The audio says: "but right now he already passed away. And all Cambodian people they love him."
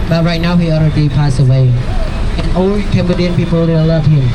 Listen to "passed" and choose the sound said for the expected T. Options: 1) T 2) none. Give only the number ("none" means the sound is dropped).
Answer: 2